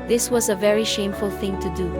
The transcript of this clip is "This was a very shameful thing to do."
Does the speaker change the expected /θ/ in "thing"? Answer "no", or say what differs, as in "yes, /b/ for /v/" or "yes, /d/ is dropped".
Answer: no